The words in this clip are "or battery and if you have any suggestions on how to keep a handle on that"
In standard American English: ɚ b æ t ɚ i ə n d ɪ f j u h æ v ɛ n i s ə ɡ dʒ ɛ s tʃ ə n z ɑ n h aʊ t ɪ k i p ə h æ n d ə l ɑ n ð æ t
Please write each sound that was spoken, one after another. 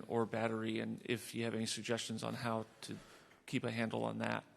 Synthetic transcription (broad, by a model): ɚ b æ t ɚ i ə n ɪ f j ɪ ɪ v ɛ n i s ə ɡ dʒ ɛ s tʃ ə n z n h aʊ t ɪ k i p ə h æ n d l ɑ n ð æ t